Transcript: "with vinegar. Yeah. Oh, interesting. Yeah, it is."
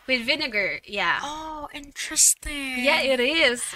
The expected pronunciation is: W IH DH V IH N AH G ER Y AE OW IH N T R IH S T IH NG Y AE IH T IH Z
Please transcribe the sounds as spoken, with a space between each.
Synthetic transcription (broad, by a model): W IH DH V IH N AH G ER Y AE OW IH N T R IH S T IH NG Y AE IH T IH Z